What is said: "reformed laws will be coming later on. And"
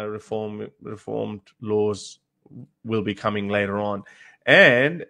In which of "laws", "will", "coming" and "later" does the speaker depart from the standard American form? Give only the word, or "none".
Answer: none